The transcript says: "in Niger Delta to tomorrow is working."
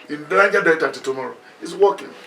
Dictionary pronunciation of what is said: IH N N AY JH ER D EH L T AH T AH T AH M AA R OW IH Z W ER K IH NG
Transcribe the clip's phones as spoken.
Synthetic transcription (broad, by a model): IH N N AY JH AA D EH T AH T AH T AH M AA R OW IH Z W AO K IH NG